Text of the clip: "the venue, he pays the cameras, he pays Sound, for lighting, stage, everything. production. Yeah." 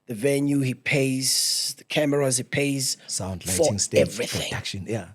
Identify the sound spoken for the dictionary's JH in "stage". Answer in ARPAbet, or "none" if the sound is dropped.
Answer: none